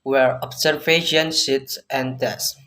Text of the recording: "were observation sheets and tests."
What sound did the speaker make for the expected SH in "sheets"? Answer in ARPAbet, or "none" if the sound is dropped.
S